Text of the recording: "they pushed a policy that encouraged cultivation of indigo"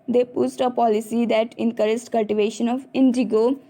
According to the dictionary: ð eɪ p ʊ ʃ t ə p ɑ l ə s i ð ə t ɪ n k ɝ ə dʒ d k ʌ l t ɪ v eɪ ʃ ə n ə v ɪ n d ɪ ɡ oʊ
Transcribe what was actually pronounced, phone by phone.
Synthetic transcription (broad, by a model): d eɪ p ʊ s t ə p ɑ l ə s i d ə t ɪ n k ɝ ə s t k ʌ l t ɪ v eɪ ʃ ə n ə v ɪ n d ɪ ɡ oʊ